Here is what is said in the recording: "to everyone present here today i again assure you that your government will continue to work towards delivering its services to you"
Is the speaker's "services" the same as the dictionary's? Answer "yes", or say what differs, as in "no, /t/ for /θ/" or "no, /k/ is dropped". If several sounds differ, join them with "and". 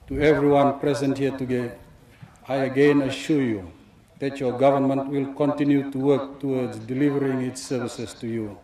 no, /s/ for /z/